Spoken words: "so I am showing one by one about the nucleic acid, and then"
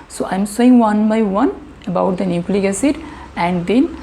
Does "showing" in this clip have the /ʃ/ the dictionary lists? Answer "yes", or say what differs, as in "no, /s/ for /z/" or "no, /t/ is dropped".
no, /s/ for /ʃ/